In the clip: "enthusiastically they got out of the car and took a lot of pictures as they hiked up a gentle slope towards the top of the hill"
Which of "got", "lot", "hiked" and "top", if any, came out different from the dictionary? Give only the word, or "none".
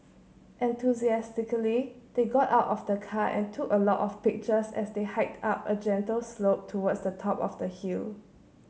none